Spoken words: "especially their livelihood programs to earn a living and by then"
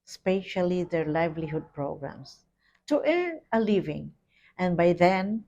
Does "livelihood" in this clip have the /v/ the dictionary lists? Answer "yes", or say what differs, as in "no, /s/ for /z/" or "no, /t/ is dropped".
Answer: yes